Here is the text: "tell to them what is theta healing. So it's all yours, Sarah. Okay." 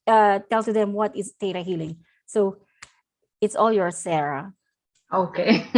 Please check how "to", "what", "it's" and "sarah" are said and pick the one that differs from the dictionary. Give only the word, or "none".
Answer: to